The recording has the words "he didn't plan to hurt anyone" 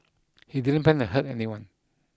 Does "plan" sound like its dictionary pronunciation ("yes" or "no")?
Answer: no